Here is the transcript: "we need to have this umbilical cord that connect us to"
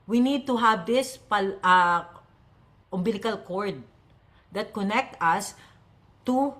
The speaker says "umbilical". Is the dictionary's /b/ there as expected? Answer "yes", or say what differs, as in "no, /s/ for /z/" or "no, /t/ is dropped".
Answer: yes